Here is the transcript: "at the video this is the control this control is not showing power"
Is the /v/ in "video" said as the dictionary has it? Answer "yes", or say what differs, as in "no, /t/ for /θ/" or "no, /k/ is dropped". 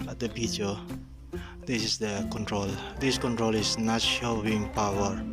no, /b/ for /v/